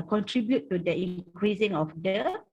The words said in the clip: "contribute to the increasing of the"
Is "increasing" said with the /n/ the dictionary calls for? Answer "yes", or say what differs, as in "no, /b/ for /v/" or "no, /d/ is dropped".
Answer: no, /n/ is dropped